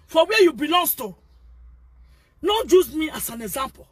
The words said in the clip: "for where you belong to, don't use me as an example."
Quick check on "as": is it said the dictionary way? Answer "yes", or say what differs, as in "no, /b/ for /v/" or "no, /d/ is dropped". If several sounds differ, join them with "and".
no, /s/ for /z/